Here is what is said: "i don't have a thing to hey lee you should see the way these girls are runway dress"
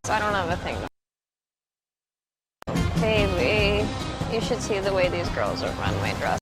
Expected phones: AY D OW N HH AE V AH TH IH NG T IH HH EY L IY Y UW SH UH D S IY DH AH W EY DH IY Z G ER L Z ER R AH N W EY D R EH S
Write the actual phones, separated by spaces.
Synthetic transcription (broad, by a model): AY D OW N HH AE V AH TH IH NG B IH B L IY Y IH SH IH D S IY DH AH W EY DH IY Z G ER L Z ER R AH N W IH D R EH